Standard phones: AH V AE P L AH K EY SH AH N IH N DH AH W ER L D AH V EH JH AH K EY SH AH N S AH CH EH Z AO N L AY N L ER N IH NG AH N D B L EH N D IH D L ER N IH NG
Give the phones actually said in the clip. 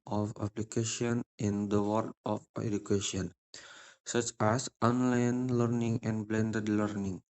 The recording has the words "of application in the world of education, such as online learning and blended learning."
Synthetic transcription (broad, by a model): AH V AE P L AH K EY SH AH N IH N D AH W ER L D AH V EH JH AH K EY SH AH N S AH CH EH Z AO N L AY N L ER N IH NG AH N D B L EH N D IH D L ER N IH NG